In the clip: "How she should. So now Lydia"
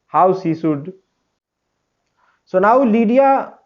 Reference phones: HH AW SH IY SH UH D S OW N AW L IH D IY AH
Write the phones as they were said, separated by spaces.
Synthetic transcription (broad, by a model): HH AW S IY S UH D S OW N AW L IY D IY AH